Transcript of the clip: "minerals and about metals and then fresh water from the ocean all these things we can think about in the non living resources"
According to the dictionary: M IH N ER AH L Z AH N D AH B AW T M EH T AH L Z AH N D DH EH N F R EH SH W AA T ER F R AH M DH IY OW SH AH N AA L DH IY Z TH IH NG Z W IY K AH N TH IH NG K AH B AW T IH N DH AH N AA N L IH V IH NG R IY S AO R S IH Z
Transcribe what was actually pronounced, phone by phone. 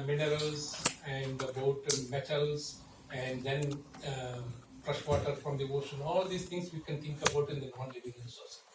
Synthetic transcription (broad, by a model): M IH N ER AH L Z AH N D AH B AW T M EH T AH L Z AH N D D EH N P R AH SH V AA T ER F R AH M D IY OW SH AH N AA L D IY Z T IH NG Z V IY K AH N T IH NG K AH B AW T IH N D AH N AA N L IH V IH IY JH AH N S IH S